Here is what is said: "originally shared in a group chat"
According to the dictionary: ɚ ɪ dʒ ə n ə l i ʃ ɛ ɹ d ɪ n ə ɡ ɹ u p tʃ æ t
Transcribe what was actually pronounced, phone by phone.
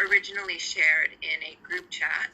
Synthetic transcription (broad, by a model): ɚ ɪ dʒ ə n l i ʃ ɛ ɹ d ɪ n ə ɡ ɹ u p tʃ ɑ t